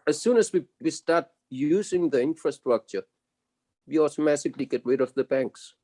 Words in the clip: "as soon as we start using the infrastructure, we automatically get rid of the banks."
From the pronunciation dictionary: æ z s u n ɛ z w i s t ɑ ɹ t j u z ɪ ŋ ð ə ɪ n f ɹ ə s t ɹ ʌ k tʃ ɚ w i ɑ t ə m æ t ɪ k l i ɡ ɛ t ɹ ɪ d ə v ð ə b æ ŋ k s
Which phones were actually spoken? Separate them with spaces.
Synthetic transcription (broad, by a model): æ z s u n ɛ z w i s t ɑ ɹ t j u z ɪ ŋ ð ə ɪ n f ɹ ə s t ɹ ʌ k tʃ ɚ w i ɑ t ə m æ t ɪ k l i ɡ ɛ t w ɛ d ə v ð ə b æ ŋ k s